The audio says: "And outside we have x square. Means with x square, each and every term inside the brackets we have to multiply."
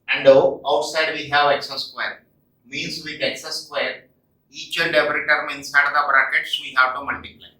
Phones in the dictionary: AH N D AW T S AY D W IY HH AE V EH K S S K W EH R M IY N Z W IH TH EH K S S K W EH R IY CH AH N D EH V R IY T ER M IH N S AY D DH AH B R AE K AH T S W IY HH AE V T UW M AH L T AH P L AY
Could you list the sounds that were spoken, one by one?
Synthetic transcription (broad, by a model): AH N D AW T S AY D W IY HH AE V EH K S S K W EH R M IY N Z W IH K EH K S S K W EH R IY CH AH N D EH P R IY T ER M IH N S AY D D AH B R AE K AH T S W IY HH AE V T UW M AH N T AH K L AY